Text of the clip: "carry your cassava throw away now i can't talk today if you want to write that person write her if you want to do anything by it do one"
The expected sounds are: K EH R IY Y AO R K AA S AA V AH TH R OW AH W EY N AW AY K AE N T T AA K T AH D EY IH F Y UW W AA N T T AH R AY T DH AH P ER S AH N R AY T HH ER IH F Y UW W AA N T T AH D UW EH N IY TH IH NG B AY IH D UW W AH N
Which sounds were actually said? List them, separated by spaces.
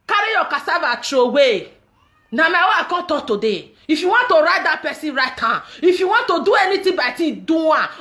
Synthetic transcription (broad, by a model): K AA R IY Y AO K AA S AA V AH T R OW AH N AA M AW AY K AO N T T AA T AH D EY IH F Y UW W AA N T T AH R AY T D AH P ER S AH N R AY T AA IH F Y UW W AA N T T AH D UW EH N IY T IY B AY IH D UW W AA